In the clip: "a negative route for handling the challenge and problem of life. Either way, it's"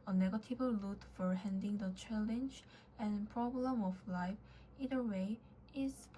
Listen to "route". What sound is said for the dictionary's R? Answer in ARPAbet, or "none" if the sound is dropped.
L